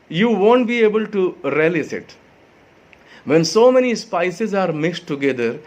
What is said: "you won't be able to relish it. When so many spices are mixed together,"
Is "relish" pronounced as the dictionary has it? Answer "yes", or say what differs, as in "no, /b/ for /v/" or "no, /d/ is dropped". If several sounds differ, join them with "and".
no, /s/ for /ʃ/